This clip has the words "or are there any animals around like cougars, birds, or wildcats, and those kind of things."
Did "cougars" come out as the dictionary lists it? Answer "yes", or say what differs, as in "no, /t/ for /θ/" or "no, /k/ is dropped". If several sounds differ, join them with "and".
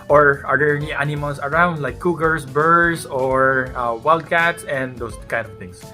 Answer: no, /s/ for /z/